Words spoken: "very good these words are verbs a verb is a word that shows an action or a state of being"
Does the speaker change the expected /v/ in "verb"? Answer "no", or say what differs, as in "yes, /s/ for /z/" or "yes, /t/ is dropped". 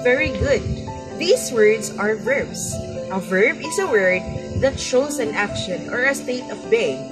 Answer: no